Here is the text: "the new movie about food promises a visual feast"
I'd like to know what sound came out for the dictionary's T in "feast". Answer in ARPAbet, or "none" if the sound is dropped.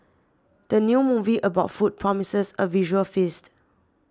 T